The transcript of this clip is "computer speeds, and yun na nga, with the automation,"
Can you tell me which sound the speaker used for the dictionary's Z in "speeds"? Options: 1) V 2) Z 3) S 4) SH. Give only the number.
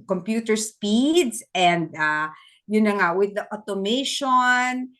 3